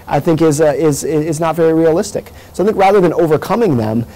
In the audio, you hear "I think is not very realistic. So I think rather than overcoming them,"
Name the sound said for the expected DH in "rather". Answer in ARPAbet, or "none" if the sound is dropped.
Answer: DH